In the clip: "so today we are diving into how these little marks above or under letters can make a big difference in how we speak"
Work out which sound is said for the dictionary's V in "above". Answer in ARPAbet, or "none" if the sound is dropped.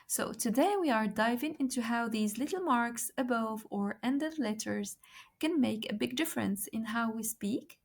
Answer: V